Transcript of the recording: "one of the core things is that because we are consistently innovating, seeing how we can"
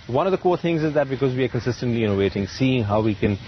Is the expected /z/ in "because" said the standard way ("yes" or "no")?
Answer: yes